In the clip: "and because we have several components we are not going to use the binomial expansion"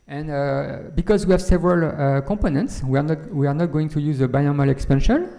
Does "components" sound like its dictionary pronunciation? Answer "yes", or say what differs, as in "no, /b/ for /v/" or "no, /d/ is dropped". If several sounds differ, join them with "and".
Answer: yes